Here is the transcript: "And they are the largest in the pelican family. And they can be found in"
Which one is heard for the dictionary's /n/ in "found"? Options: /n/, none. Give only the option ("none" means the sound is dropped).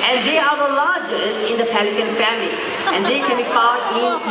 none